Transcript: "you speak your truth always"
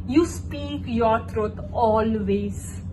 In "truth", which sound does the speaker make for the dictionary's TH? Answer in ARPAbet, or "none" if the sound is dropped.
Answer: T